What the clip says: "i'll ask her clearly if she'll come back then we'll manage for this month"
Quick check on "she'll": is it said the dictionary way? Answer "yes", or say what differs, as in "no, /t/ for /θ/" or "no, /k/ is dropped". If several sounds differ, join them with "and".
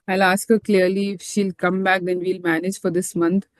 yes